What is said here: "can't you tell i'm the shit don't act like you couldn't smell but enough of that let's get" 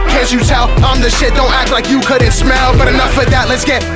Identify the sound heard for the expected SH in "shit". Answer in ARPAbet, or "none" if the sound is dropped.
SH